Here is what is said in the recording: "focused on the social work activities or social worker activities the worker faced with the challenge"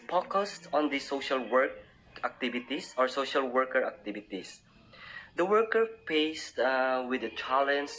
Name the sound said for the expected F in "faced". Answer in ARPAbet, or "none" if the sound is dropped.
P